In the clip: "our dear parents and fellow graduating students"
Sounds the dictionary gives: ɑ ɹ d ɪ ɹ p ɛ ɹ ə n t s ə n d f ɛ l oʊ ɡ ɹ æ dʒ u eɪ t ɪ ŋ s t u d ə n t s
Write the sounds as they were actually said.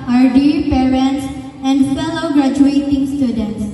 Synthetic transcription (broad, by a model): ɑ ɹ d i ɹ p ɛ ɹ ə n t s ə n d f ɛ l oʊ ɡ ɹ æ dʒ u eɪ t ɪ ŋ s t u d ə n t s